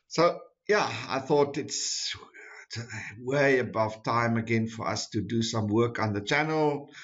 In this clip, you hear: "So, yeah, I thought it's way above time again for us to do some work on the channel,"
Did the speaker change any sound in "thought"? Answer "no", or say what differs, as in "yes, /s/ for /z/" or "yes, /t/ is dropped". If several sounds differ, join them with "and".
no